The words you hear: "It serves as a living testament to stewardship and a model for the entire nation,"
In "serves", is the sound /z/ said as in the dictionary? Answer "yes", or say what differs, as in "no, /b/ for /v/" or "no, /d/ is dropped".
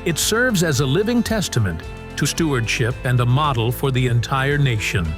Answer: yes